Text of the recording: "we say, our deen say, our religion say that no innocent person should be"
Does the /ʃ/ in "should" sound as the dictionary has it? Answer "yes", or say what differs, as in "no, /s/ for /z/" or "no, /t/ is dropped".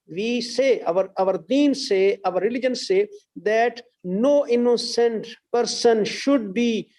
yes